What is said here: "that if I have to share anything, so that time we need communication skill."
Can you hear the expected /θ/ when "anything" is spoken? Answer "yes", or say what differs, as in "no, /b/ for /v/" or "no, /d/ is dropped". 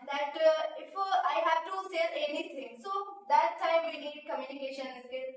no, /t/ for /θ/